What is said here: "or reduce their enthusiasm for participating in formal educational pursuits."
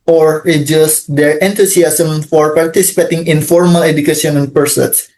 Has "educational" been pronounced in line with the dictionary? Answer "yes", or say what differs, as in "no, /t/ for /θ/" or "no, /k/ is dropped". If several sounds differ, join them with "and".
no, /n/ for /l/